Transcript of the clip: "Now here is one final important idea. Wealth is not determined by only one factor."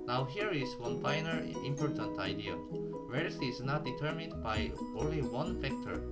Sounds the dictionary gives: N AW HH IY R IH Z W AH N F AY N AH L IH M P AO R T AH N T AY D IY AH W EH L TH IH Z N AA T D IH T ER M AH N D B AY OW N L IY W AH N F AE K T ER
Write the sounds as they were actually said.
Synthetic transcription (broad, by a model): N AW HH IY R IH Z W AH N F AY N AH N IH M P AO R T AH N T AY D IY AH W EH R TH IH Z N AA T D IH T ER M AH N D B AY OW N L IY W AH N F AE K T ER